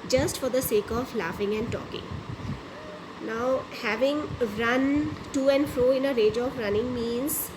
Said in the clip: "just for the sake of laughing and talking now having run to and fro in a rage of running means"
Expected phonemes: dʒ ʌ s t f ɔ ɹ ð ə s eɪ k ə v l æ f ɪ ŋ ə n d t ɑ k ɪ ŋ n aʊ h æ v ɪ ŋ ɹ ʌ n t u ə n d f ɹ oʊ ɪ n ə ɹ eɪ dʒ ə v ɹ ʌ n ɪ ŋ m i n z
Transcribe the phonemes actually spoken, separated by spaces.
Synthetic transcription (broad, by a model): dʒ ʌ s t f ɔ ɹ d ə s eɪ k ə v l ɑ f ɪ ŋ ə n d t ɑ k ɪ ŋ n aʊ h æ v ɪ ŋ ɹ ʌ n t u ə n d f ɹ oʊ ɪ n ə ɹ eɪ dʒ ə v ɹ ʌ n ɪ ŋ m i n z